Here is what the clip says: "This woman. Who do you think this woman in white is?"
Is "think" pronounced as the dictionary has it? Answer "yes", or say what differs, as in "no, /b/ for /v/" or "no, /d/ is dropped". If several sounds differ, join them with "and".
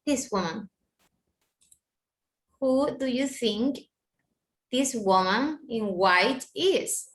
yes